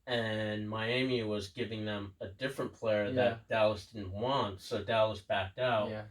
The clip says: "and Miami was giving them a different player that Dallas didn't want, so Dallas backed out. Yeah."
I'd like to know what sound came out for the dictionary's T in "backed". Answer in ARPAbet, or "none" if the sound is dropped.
T